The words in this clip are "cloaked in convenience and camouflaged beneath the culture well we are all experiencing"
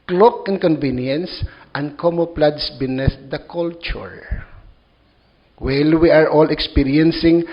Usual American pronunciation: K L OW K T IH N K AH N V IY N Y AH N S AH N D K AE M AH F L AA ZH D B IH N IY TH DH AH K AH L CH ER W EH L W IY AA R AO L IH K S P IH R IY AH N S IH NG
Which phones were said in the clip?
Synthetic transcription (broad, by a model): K L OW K IH N K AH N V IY N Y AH N S AH N D K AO M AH P L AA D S B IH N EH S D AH K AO L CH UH W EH L W IY AA R AO L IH K S P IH R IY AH N S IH NG